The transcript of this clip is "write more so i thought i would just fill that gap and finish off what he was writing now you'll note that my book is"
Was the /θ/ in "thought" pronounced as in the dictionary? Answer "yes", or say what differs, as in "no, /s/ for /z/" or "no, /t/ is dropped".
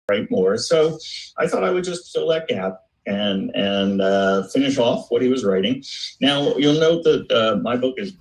yes